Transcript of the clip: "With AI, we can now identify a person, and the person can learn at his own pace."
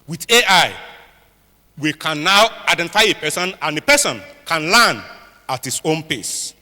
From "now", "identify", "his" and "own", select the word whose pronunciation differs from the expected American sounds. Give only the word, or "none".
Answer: his